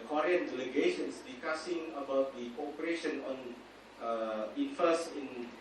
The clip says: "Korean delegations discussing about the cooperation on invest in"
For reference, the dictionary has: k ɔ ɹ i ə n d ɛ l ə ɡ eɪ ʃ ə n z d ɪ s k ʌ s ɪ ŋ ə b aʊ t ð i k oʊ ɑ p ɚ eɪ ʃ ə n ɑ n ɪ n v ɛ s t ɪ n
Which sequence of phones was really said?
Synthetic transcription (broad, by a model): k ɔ ɹ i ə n d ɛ l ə ɡ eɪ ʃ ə n s d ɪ s k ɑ s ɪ ŋ ə b aʊ t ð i k oʊ ɑ p ɚ eɪ ʃ ə n ɑ n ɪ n f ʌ s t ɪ n